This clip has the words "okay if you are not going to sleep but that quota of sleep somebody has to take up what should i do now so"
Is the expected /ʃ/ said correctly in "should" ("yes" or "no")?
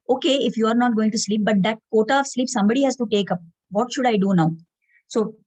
yes